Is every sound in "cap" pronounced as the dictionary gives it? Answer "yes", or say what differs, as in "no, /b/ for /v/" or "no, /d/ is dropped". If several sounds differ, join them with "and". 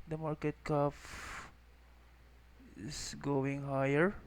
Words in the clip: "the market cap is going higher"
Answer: no, /f/ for /p/